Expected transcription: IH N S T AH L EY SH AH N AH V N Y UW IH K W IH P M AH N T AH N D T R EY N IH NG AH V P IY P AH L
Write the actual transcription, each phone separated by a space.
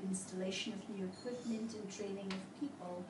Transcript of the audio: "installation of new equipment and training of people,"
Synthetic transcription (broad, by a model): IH N S T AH L EY SH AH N AH V N Y UW IH K W IH P M AH N T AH N T R EY N IH NG AH V P IY P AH L